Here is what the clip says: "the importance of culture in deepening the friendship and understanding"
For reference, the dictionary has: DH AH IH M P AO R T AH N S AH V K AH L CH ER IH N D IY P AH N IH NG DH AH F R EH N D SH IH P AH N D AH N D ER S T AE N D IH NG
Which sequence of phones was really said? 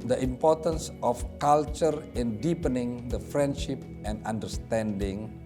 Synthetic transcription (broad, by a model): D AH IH M P AO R T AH N S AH F K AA L CH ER IH N D IY P AH N IH NG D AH F R EH N D SH IH P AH N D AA N D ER S T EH N D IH NG